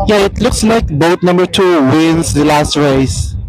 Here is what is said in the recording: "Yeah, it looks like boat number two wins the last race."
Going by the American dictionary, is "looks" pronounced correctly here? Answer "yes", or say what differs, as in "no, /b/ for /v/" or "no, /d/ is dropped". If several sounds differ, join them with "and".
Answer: yes